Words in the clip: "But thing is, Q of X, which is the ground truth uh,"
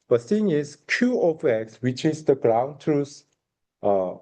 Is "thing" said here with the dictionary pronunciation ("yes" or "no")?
no